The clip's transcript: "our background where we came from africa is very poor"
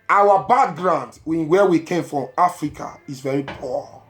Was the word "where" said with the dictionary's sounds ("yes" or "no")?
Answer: no